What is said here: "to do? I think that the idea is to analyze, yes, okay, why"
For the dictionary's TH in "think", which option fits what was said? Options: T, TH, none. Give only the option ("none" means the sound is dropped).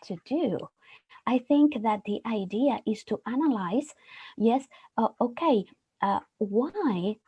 TH